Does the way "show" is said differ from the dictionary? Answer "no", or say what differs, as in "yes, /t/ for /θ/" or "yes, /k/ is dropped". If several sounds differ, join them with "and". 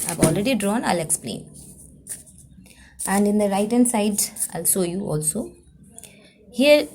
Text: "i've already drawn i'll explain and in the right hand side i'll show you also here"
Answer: yes, /s/ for /ʃ/